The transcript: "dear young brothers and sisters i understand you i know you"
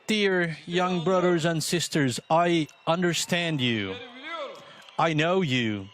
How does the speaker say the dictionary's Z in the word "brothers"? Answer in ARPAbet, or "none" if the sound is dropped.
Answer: Z